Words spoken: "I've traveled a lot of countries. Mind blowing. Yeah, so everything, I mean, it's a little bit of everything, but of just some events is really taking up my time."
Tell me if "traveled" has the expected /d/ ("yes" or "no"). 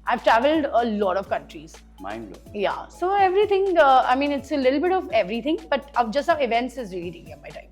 yes